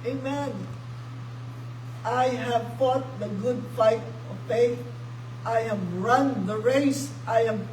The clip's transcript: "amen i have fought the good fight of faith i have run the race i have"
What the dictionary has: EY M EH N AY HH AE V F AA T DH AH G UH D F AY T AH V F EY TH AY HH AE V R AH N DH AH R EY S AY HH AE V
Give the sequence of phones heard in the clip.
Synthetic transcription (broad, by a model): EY M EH N AY HH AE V F AA T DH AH G UH D F AY T AH V P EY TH AY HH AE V R AH N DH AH R EY S AY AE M